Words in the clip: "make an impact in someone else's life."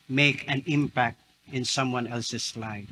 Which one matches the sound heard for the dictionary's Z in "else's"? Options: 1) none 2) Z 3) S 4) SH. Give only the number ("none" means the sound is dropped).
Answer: 3